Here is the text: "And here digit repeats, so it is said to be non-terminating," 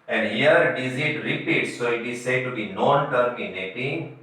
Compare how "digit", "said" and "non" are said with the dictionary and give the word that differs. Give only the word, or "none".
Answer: digit